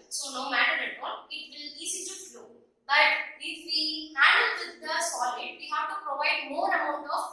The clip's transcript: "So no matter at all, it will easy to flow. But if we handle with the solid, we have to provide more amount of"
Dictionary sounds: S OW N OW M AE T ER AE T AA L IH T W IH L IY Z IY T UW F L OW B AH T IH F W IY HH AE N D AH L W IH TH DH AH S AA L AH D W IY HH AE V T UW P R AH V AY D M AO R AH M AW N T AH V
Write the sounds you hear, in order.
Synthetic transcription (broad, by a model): S OW N OW M AE T ER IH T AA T IH T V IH L IY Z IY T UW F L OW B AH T IH F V IY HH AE D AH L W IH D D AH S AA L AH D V IY HH AE V T UW P R AH V AY D M AO R AH M AW N T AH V